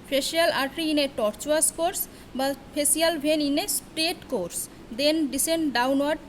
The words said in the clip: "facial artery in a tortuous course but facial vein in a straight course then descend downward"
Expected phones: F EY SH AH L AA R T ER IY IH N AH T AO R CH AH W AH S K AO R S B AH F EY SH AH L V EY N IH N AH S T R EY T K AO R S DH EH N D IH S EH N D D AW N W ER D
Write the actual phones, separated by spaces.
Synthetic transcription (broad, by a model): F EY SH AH L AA R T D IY IH N AH T AO R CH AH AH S K AO R S B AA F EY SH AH L B EY N IH N AH S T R EY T K AO R S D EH N D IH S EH N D D AW N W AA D